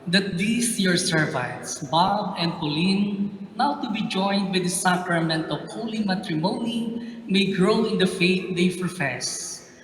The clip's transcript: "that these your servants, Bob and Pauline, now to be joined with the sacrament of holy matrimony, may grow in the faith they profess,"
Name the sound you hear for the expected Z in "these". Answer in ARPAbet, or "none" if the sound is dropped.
S